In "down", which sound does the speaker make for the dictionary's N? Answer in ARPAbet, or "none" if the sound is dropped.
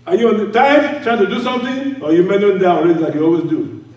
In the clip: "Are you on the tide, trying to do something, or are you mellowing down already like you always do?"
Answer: none